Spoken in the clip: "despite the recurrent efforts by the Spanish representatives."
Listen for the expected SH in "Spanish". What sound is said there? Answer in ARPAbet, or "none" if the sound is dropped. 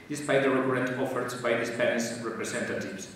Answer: S